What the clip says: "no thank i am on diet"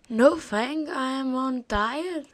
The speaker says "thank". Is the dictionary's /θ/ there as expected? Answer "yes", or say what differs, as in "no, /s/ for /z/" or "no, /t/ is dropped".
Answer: no, /f/ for /θ/